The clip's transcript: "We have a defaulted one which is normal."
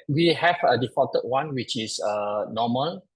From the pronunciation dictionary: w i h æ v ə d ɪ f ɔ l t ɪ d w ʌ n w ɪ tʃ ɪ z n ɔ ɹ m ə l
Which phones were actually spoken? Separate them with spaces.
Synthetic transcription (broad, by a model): w i h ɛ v ə d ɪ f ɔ t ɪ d w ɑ n w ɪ tʃ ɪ s n ɔ m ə l